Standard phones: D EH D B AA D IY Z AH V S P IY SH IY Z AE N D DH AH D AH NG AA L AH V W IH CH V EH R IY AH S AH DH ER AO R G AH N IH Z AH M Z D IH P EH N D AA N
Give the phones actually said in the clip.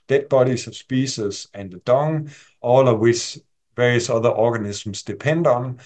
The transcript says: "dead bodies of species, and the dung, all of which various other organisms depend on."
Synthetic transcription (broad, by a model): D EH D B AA D IY S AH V S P IY S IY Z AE N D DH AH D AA NG AA L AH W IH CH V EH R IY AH S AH DH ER AO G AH N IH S M S D IH P EH N D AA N